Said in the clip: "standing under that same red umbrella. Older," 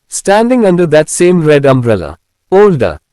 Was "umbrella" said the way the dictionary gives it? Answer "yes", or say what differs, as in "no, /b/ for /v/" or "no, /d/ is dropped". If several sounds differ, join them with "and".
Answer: yes